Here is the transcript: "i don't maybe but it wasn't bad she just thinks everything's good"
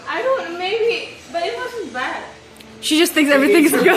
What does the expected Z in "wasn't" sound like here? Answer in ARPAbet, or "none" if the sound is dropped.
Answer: S